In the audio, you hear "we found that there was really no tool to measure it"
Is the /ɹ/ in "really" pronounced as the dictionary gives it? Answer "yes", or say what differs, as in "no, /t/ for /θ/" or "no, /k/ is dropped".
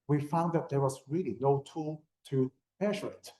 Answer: yes